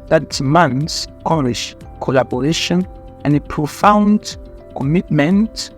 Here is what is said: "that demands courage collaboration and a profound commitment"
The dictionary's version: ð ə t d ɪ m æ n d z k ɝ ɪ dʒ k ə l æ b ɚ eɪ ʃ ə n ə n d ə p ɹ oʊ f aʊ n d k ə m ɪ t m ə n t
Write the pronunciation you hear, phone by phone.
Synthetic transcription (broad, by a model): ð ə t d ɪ m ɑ n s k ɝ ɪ ʃ k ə l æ b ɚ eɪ ʃ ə n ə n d ə p ɹ oʊ f aʊ n d k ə m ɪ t m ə n t